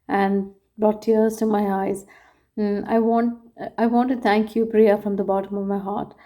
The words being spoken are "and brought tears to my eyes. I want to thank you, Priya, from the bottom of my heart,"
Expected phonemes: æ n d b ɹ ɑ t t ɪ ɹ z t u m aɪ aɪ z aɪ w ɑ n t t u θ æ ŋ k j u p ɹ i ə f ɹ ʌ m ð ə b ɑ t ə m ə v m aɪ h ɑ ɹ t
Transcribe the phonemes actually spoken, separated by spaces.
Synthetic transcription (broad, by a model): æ n d b ɹ ɑ t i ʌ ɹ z t u m aɪ aɪ z aɪ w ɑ n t t u t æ ŋ k j u p ɹ i ə f ɹ ʌ m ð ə b ɑ t ə m ə v m aɪ h ɑ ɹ t